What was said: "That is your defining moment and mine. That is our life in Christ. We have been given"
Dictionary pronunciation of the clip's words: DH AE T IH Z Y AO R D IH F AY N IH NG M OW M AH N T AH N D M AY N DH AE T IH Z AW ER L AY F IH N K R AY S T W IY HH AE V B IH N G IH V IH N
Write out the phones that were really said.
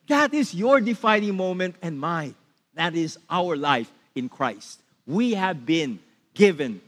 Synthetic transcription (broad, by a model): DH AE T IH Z Y AO R D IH F AY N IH NG M OW M AH N T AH N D M AY DH AE T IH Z AW ER L AY F IH N K R AY S T W IY HH AE V B IH N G IH V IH N